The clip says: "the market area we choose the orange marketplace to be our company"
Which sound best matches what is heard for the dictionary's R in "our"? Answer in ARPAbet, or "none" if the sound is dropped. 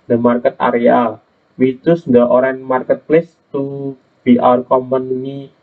R